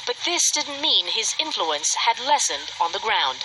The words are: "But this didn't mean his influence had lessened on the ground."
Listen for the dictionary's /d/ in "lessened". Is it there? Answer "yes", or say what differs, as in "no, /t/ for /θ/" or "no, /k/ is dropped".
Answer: yes